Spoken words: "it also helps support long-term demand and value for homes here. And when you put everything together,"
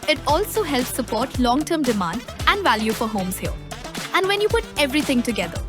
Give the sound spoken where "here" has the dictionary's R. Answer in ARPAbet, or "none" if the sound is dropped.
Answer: L